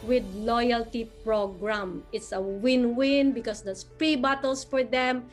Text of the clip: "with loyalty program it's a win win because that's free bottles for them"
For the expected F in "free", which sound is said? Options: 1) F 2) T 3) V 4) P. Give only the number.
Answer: 4